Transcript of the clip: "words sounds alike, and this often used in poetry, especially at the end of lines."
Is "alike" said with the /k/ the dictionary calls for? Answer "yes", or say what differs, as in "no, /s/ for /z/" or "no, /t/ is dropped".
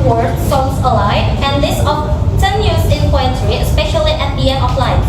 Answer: no, /k/ is dropped